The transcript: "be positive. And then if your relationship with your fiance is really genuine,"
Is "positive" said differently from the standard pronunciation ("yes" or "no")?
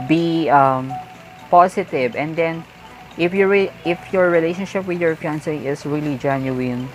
yes